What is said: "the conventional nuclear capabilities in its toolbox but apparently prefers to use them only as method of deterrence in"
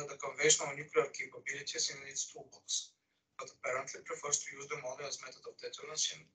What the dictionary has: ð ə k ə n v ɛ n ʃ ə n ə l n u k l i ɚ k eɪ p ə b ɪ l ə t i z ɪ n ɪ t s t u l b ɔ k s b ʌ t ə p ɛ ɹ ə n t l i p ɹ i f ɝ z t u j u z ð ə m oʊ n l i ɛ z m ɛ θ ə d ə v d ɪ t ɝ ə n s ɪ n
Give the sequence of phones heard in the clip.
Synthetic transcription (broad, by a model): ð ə k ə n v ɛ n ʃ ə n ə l n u k l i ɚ k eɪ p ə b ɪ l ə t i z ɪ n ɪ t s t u b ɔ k s b ʌ t ə p ɛ ɹ ə n t l i p ɹ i f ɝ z t u j u z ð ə m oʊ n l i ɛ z m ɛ t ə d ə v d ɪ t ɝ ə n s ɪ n